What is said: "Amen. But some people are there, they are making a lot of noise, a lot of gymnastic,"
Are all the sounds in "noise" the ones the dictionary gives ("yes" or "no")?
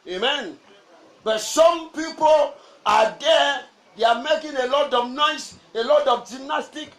no